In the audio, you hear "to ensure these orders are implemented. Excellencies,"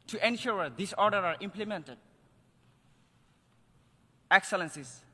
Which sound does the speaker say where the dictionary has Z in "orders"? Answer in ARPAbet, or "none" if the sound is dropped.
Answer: none